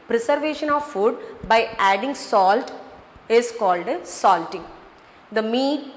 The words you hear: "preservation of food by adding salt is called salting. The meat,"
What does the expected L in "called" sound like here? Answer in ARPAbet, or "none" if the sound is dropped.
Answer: L